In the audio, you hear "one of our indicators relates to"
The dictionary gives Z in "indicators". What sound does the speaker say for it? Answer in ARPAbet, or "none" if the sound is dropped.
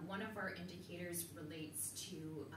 Z